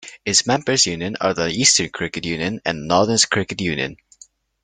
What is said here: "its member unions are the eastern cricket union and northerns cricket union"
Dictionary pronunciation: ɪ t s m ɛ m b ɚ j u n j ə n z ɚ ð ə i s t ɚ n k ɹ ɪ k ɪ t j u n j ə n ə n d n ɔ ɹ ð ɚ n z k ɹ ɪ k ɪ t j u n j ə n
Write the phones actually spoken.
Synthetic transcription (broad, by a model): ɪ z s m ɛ m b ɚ j u n j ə n ɚ ð ə i s t ɚ n k ɹ ɪ k ɪ t j u n j ə n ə n n ɔ ɹ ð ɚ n s k ɹ ɪ k ɪ t j u n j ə n